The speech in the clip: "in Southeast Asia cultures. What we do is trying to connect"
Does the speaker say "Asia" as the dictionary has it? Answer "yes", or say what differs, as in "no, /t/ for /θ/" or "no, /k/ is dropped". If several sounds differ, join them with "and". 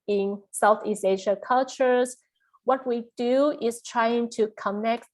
no, /ʃ/ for /ʒ/